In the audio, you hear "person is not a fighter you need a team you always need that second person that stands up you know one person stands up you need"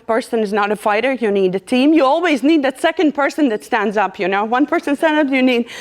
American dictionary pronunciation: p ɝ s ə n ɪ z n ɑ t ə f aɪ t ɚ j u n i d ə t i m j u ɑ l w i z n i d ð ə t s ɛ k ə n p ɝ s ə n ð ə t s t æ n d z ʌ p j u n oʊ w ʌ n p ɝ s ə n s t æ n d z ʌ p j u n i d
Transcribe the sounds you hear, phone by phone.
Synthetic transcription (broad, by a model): p ɝ s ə n ɪ z n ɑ t ə f aɪ t ɚ j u n i d ə t i m j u ɑ l w i z n i d ð ə t s ɛ k ə n p ɝ s ə n ð ə t s t æ n d z ʌ p j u n oʊ w ʌ n p ɝ s ə n s t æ n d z ʌ p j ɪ n i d